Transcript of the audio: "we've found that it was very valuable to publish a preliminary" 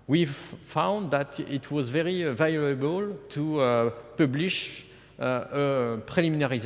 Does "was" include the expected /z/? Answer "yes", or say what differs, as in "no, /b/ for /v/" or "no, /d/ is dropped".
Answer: yes